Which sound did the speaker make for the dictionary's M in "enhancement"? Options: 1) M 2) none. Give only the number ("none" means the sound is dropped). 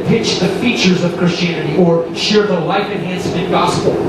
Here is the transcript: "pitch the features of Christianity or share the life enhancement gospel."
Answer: 2